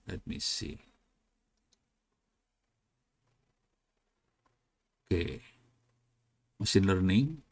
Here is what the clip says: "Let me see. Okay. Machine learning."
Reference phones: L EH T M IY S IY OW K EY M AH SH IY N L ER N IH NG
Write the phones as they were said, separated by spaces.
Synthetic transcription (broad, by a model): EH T M IY S IY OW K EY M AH S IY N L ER N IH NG